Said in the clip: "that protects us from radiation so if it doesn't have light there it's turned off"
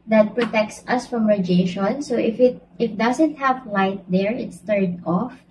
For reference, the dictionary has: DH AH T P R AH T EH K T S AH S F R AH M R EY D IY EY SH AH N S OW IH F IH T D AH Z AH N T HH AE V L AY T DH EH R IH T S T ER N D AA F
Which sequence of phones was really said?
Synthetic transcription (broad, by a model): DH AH T P R AH T EH K T S AH S F R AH M R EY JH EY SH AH N S OW IH F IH T D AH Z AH N T HH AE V L AY T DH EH R IH T S T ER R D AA F